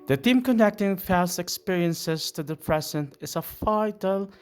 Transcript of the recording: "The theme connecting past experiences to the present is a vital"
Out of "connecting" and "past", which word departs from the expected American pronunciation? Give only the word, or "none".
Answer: past